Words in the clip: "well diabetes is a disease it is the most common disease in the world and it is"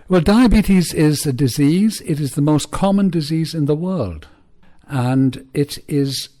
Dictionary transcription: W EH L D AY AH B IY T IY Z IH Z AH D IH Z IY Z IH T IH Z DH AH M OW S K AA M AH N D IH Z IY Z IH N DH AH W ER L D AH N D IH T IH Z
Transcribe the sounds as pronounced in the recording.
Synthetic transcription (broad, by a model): W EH L D AY AH B IY T IY Z IH Z AH D IH Z IY Z IH T IH Z DH AH M OW S K AA M AH N D IH Z IY Z IH N DH AH W ER L D AH N D IH T IH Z